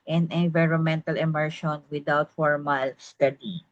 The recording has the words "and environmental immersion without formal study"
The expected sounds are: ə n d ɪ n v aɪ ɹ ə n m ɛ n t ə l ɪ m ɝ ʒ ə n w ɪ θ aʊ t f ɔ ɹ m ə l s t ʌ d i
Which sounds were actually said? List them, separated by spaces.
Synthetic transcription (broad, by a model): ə n ɪ n v aɪ ɹ ə n m ɛ n t ə l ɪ m ɝ ʃ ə n w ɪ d aʊ t f ɔ ɹ m ə l s t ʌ d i